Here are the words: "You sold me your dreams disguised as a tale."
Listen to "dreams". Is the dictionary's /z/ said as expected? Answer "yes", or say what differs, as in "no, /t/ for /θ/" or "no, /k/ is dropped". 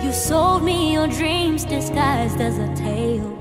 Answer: yes